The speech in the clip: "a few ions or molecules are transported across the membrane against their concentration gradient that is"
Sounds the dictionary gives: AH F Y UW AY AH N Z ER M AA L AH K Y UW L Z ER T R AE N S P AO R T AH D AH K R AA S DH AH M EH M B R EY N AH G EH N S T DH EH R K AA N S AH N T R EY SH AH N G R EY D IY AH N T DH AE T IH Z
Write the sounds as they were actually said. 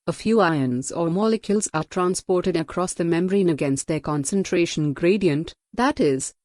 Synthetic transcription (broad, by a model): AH F Y UW AY AH N Z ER M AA L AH K Y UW L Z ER T R AE N S P AO R T AH D AH K R AA S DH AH M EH M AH R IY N AH G EH N S T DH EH K AA N S AH N T R EY SH AH N G R EY D IY AH N T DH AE T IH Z